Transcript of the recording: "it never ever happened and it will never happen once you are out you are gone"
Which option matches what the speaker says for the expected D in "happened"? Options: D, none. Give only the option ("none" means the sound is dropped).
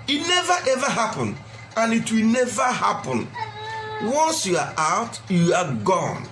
none